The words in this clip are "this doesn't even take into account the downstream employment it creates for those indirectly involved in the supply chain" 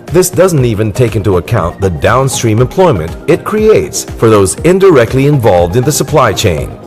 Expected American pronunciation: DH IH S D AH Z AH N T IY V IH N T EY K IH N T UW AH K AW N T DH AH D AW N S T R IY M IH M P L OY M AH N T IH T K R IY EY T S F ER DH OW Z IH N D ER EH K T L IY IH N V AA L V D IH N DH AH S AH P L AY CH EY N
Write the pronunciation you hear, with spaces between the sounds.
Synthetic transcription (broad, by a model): DH IH S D AH Z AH N T IY V IH N T EY K IH N T UW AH K AW N DH AH D AW N S T R IY M IH M P L OY M AH N T IH T K R IY EY T S F ER DH OW Z IH N D ER EH K T L IY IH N V AA L V D IH N DH AH S AH P L AY CH EY N